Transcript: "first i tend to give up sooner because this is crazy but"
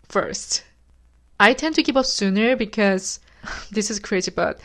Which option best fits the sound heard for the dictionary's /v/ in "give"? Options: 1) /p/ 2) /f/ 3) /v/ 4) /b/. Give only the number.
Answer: 1